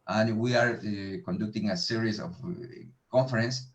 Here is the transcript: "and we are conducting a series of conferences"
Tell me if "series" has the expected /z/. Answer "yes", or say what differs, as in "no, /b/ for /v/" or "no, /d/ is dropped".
no, /s/ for /z/